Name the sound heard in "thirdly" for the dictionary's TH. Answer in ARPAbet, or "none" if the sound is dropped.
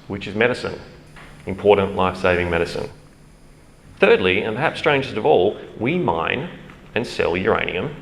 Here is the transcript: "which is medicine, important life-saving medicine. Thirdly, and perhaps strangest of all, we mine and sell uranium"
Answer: TH